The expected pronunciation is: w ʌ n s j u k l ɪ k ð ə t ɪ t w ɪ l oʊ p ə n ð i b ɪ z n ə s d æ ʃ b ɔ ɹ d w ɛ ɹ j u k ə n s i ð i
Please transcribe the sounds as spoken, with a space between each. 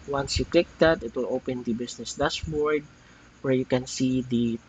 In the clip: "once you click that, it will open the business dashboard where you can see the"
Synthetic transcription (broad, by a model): w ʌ n s j u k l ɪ k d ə t ɪ t w ɪ l oʊ p ə n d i b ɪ s n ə s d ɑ s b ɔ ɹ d w ɛ ɹ j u k ə n s i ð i